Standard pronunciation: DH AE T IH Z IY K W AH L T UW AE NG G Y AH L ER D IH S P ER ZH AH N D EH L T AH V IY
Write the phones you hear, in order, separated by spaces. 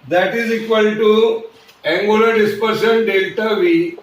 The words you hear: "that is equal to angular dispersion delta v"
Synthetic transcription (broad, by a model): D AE T IH Z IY K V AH L T UW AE NG G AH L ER D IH S P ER SH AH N D EH L T AH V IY